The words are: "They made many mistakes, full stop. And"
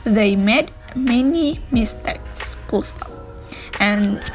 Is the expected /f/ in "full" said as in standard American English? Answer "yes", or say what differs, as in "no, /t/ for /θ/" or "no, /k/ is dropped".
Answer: no, /p/ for /f/